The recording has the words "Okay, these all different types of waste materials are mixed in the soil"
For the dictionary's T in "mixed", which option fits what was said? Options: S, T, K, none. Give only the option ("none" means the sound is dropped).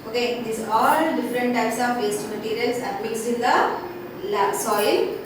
none